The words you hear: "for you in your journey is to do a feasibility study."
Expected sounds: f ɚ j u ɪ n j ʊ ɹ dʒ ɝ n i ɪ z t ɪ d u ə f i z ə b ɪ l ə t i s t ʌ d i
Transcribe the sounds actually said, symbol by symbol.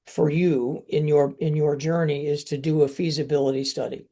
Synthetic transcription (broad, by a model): f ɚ j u ɪ n j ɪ ɹ dʒ ɝ n i ɪ z t ɪ d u ə f i z ə b ɪ l ə t i s t ʌ d i